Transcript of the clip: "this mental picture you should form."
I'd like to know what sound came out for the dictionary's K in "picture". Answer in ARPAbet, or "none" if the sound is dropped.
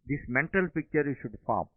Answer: K